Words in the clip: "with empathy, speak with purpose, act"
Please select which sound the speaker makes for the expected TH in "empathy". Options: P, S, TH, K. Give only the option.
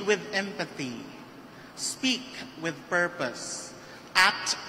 TH